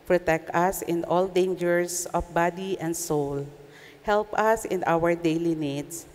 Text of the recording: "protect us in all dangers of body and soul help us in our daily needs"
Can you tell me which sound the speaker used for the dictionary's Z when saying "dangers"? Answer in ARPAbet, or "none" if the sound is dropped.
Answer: S